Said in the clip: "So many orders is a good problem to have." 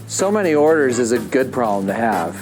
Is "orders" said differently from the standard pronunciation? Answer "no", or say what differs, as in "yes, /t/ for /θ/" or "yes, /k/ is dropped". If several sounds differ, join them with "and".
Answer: no